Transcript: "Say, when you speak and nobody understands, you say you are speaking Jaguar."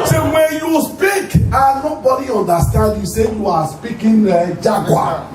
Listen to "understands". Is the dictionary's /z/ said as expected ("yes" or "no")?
no